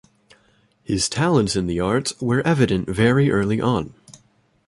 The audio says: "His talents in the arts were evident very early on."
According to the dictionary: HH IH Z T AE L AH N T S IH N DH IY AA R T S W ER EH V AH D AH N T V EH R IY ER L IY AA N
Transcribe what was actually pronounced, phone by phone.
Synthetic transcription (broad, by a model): HH IH Z T AE L AH N T S IH N DH IY AA R T S W ER EH V AH D AH N T V EH R IY ER L IY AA N